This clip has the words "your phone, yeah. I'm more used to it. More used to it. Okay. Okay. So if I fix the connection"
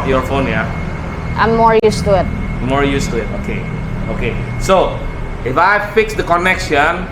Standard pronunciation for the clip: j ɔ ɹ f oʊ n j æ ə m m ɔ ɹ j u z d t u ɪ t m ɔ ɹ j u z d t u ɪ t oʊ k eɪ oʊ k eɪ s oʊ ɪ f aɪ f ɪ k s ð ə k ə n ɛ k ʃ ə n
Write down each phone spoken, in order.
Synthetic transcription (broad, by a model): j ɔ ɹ f oʊ n j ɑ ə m m ɔ ɹ j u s t u ɪ t m ɔ ɹ j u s t u ɪ t oʊ k eɪ oʊ k eɪ s oʊ ɪ f aɪ f ɪ k s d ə k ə n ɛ k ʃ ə n